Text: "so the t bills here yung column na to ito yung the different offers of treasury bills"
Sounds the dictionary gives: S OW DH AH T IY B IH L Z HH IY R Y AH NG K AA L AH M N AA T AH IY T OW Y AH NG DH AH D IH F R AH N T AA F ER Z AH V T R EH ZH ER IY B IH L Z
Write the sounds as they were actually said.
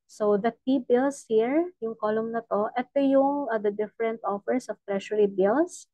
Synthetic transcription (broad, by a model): S OW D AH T IY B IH L S HH IY R Y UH NG K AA L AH M N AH T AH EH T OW Y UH NG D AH D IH F R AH N T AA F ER S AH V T R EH SH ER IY B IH L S